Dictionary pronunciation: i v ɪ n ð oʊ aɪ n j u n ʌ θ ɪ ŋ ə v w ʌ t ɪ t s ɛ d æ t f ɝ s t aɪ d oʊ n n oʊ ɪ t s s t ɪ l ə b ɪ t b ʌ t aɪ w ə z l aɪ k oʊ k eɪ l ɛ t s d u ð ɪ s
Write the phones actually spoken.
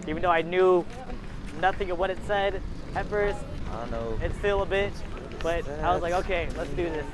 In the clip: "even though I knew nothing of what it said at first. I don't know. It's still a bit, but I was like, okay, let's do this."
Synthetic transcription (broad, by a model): i v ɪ n ð oʊ aɪ n j u n ʌ θ ɪ ŋ ə v w ʌ t ɪ t s ɛ d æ t f ɝ s t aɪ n n oʊ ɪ t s s t ɪ l ə b ɪ t b ʌ t aɪ w ə z l aɪ k oʊ k eɪ l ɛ t s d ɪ ð ɪ s